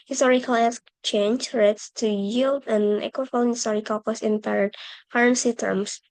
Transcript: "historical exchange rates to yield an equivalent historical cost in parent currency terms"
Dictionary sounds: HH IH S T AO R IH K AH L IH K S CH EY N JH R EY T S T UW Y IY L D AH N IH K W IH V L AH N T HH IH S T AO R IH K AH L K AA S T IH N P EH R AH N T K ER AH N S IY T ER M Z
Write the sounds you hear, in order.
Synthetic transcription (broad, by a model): HH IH S T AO R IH K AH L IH S CH EY N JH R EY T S T UW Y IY L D AH N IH K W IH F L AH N HH IH S T AO R IH K AH L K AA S IH N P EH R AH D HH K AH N S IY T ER M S